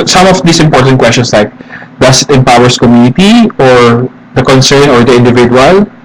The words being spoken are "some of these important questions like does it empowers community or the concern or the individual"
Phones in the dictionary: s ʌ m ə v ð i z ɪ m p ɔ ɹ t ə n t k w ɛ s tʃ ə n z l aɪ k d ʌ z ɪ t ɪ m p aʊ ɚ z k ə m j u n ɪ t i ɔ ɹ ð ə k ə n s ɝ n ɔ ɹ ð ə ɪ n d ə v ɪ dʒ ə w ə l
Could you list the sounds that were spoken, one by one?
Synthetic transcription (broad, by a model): s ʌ m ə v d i s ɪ m p ɔ ɹ t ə n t k w ɛ s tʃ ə n s l aɪ k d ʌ s ɪ t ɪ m p aʊ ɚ s k ə m j u n ɪ t i ɔ ɹ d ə k ə n s ɝ n ɔ ɹ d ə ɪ n d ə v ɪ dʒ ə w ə l